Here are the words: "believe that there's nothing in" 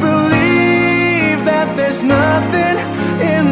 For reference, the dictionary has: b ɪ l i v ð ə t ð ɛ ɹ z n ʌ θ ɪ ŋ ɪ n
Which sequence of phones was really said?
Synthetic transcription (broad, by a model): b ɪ l i v ð ə t ð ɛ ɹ z n ʌ θ ɪ ŋ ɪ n